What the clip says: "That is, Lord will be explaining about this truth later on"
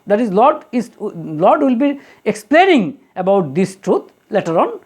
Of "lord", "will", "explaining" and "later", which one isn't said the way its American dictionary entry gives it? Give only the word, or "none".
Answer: lord